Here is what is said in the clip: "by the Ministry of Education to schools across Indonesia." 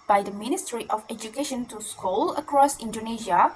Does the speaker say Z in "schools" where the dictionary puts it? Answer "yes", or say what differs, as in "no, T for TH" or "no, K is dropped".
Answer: no, Z is dropped